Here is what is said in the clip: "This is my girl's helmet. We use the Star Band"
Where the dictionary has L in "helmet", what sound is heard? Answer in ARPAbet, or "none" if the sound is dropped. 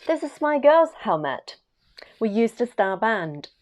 L